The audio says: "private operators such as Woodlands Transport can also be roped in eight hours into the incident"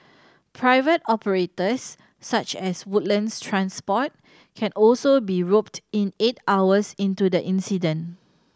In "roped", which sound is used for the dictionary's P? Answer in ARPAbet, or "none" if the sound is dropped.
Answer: P